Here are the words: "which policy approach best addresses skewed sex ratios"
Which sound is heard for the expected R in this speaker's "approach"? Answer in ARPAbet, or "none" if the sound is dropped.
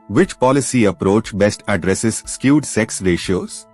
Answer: R